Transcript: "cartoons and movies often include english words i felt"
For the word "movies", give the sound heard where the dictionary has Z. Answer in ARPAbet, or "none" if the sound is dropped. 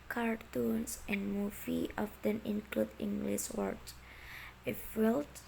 none